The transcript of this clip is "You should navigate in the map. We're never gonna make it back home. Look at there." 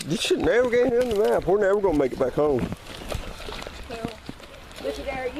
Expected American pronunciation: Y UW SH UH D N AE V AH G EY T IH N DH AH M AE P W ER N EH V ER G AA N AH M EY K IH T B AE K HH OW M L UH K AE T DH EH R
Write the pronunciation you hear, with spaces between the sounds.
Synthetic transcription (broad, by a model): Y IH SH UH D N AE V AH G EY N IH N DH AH M AE P W ER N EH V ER G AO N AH M EY K IH T B AE K HH OW M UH IH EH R